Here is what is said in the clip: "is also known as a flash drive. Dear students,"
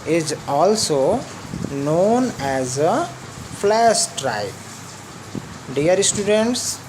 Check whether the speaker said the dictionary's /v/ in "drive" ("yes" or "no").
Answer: no